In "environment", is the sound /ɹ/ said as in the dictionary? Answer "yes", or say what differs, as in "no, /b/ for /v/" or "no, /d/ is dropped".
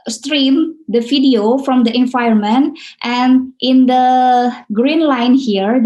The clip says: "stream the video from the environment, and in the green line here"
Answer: no, /ɹ/ is dropped